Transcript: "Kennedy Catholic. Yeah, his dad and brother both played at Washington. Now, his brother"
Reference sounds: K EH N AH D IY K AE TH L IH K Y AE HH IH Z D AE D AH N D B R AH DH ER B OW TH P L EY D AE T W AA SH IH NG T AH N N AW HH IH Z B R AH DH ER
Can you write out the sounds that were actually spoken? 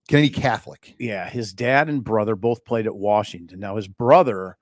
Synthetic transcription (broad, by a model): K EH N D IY K AE TH L IH K Y AE HH IH Z D AE D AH N B R AH DH ER B OW TH P L EY D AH T W AA SH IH NG T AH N N AW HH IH Z B R AH DH ER